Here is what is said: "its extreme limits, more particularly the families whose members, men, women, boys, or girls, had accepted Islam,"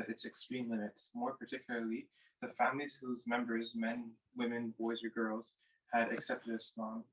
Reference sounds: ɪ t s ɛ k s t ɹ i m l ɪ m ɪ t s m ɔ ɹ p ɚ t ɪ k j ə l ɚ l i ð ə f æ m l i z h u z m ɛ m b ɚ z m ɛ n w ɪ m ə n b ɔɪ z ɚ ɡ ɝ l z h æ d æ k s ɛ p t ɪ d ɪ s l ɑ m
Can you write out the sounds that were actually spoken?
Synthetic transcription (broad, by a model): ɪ t s ɛ k s t ɹ i m l ɪ m ɪ t s m ɔ ɹ p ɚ t ɪ k j l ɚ l i ð ə f æ m l i z h u z m ɛ m b ɚ z m ɛ n w ɪ m ə n b ɔɪ z ɚ ɡ ɝ l z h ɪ d æ k s ɛ p t ɪ d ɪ s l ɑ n